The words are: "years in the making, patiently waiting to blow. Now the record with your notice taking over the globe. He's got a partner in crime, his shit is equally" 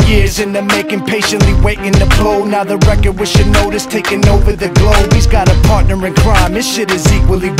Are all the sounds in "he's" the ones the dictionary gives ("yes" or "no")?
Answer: yes